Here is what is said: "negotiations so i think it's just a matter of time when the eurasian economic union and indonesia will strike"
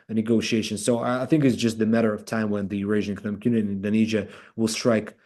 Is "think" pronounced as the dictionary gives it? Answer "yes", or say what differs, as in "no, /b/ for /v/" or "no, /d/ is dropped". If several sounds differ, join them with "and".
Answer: yes